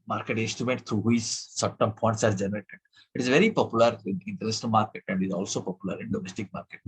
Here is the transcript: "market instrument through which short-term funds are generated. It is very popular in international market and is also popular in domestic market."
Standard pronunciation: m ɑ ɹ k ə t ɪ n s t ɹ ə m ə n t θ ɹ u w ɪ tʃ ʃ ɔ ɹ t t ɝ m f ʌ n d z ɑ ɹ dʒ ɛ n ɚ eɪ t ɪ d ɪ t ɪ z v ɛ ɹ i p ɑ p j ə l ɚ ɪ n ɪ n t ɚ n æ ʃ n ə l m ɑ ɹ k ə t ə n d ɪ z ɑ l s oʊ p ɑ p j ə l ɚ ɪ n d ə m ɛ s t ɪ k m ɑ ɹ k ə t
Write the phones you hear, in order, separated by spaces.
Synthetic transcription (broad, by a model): m ɑ ɹ k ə t ɪ n s t ɹ ə m ə n t t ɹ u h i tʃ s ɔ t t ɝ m p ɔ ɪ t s ɑ ɹ dʒ ɛ n ɚ eɪ t ɪ d ɪ t ɪ z v ɛ ɹ i p ɑ p j ə l ɚ ɪ n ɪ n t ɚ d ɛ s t m ɑ ɹ k ə t ə n d ɪ z ɑ l s oʊ p ɑ p j ə l ɚ ɪ n d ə m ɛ s t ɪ k m ɑ ɹ k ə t